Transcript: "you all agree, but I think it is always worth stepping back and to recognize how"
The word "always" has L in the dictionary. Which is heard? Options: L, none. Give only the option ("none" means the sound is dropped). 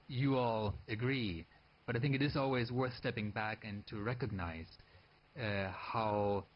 L